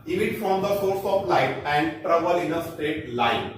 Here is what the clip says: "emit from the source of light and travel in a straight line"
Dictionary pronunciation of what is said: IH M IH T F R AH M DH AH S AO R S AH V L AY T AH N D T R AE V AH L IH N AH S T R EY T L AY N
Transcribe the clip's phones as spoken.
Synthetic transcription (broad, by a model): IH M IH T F R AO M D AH S AO R S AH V L AY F AH N D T R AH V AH L IH N AH S T EY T L AY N